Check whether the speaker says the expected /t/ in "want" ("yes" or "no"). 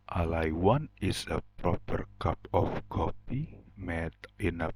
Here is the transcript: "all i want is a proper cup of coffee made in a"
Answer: no